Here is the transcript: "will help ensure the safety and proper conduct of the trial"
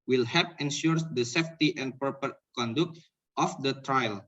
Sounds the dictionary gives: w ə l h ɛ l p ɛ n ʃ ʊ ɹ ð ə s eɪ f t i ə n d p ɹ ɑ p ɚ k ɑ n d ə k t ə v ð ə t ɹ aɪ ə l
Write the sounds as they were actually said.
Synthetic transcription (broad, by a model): w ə l h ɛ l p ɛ n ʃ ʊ ɹ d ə s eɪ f t i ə n p ɑ p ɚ k ɑ n d ə k t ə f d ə t ɹ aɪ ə l